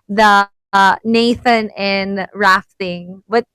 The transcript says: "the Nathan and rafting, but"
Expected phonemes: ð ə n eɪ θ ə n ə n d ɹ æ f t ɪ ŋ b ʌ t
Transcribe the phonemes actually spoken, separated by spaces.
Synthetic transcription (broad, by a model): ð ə n eɪ θ ə n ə n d ɹ æ f t ɪ ŋ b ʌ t